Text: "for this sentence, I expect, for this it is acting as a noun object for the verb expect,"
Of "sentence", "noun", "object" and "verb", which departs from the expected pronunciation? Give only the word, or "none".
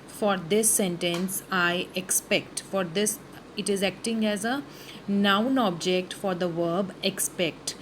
none